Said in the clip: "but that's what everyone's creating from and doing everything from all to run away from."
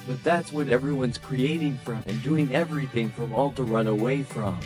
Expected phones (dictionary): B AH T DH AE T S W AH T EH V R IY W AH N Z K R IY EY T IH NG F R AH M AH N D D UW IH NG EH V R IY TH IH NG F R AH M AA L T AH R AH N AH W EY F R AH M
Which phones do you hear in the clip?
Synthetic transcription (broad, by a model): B AH T DH AE T S W AH T EH V R IY W AH N Z K R IY EY T IH NG F R AH M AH N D D UW IH NG EH V R IY TH IH NG F R AH M AA L T AH R AH N AH W EY F R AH M